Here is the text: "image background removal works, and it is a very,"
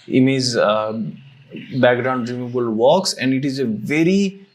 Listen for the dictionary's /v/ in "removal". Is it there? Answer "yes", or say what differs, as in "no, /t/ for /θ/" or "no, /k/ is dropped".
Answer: no, /b/ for /v/